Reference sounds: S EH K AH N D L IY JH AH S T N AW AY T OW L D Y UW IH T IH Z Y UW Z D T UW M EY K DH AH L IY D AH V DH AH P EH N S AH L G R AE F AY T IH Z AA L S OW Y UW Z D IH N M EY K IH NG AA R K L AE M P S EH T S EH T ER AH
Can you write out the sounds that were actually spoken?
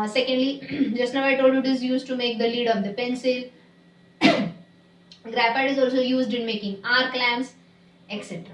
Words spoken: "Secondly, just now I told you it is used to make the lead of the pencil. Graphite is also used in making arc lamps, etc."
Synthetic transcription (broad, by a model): S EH K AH N D L IY JH AH S T N AW AY T OW L D Y UW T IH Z Y UW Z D T UW M EY K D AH L IY D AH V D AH P EH N S AH L G R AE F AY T IH Z AA L S OW Y UW Z D IH N M EY K IH NG AA R K L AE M S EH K S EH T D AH